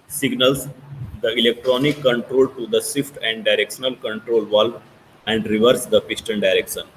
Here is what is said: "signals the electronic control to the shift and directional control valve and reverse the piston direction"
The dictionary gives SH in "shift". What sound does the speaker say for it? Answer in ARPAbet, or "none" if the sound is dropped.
S